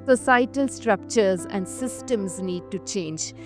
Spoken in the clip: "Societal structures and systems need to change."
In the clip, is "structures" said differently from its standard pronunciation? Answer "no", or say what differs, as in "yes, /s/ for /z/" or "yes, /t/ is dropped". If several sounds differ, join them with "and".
no